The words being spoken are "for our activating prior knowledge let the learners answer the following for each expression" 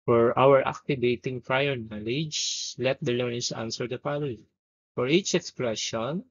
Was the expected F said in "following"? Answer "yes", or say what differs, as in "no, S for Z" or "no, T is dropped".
no, P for F